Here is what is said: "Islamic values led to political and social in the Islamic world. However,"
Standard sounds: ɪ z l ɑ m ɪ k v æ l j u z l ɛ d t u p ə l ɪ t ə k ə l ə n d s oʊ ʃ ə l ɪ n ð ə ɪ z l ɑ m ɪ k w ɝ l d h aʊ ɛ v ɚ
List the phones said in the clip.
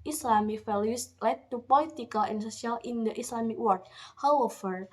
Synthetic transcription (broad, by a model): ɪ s l ɑ m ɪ k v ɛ l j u s l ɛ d t u p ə l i t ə k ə l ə n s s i ə l ɪ n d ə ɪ s l ɑ m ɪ k w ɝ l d h aʊ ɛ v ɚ